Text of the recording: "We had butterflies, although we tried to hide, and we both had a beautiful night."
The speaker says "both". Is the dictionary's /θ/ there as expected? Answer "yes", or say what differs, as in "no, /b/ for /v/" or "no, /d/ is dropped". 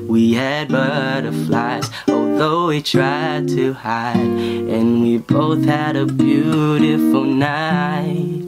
yes